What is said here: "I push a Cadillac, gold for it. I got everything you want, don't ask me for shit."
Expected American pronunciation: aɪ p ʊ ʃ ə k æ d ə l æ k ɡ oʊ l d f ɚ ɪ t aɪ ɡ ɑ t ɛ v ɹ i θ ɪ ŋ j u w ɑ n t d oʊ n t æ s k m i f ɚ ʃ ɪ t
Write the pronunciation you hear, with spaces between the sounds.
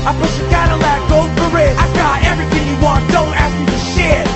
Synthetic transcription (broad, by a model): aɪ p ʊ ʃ ə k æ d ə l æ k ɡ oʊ d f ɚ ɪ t aɪ ɡ ɑ t ɛ v ɹ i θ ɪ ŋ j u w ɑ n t d oʊ n t æ s k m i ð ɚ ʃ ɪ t